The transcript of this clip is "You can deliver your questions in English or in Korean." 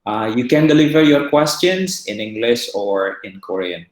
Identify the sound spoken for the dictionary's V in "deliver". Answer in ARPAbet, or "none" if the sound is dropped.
V